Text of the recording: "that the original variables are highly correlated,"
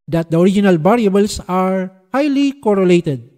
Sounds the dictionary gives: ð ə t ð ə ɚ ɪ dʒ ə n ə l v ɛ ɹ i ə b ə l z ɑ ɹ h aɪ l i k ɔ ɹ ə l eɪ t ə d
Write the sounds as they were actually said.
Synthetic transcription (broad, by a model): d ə t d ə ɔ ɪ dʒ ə n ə l b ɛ ɹ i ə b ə l s ɑ ɹ h aɪ l i k ɔ ɹ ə l eɪ t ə d